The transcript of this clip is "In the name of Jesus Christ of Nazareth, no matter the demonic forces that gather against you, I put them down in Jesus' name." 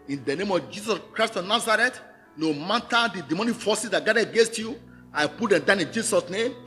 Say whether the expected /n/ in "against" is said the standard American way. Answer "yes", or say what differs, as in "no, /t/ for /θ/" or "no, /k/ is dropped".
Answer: yes